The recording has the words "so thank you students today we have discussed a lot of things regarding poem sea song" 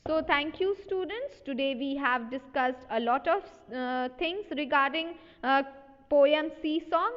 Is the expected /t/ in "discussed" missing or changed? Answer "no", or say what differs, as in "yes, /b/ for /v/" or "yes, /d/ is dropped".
no